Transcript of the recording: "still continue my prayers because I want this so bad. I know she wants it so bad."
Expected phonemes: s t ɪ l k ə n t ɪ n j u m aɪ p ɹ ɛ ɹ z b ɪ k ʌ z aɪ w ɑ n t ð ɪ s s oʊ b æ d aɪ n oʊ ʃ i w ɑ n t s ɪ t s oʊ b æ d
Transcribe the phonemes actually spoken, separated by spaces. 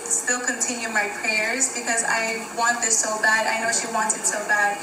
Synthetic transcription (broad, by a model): s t ɪ l k ə n t ɪ n j u m aɪ p ɹ ɛ ɹ z b ɪ k ʌ z aɪ w ɑ n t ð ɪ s s oʊ b æ d aɪ n oʊ ʃ i w ɑ n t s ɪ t s oʊ b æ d